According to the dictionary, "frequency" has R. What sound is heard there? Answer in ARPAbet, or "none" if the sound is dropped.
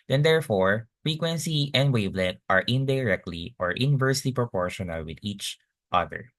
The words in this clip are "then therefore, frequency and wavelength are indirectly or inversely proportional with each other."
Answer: R